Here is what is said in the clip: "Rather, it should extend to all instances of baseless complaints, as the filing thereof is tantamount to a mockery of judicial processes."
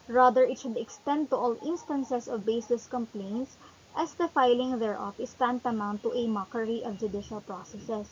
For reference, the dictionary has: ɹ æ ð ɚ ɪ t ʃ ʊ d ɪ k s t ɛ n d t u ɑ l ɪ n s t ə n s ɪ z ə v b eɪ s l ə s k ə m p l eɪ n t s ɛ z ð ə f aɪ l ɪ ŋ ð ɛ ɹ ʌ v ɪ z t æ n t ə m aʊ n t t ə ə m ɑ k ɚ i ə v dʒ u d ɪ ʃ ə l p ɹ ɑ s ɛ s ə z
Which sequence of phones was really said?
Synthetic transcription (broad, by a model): ɹ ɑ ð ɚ ɪ t ʃ ʊ d ɪ k s t ɛ n d t u ɑ l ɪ n s t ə n s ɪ s ə v b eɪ s ə s k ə m p l eɪ n t s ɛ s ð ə f aɪ l ɪ ŋ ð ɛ ɹ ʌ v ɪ s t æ n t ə m aʊ n t t ə m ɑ k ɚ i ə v dʒ u d ɪ ʃ ə l p ɹ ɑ s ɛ s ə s